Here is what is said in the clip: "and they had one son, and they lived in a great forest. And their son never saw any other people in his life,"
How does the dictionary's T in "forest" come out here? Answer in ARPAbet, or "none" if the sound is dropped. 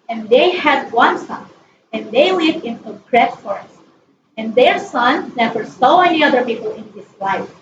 none